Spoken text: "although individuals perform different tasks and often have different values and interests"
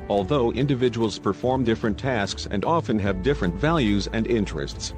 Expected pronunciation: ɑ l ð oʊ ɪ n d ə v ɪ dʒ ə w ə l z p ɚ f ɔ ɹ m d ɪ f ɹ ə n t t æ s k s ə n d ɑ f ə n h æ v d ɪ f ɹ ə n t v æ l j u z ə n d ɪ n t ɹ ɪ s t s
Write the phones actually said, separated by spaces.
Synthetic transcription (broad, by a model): ɑ l ð oʊ ɪ n d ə v ɪ dʒ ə w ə l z p ɚ f ɔ ɹ m d ɪ f ɹ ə n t t æ s k s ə n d ɑ f ə n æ v d ɪ f ɹ ə n t v æ l j u z ə n d ɪ n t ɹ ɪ s t s